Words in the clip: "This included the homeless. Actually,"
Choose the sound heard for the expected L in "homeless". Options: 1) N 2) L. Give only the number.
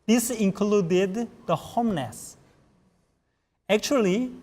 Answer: 1